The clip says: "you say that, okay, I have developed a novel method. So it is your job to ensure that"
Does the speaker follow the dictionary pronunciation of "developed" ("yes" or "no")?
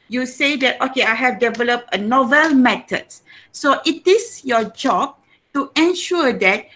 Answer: yes